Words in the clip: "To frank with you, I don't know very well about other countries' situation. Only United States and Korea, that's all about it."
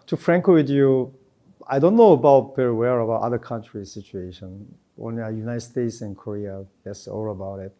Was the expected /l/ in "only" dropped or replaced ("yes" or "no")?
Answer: yes